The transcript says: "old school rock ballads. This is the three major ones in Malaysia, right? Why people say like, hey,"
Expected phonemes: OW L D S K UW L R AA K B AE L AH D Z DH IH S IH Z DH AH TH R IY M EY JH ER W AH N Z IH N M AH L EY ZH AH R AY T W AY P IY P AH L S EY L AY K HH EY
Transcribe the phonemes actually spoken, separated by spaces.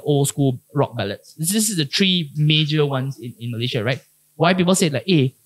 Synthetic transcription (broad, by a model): OW L S K UW L R AA K B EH L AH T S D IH S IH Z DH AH T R IY M EY JH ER W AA N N IH N M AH L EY SH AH R AY T W AY P IY P AH L S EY L AY K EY